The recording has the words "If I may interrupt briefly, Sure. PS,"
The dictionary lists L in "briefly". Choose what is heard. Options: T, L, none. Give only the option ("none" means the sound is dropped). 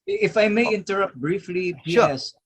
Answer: L